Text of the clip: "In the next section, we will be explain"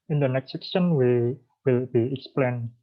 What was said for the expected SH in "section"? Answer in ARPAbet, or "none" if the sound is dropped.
S